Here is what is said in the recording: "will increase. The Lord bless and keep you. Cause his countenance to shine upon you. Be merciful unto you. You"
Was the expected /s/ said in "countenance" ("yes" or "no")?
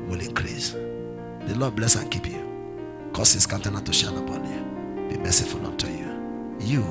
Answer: no